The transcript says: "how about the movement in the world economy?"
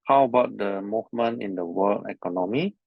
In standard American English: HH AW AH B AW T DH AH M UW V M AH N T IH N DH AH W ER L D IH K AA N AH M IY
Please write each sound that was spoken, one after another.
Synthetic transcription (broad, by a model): HH AW AH B AW T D AH M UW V M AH N IH N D AH W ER L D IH K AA N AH M IY